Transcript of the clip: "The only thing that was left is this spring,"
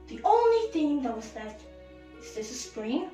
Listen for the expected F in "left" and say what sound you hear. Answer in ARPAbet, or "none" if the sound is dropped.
none